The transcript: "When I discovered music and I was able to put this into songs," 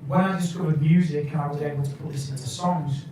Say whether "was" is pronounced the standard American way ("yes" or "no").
yes